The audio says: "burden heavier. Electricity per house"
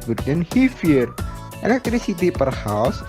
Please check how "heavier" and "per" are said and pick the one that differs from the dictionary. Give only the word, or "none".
heavier